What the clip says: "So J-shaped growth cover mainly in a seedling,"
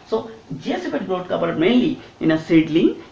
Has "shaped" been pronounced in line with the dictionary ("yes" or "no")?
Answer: no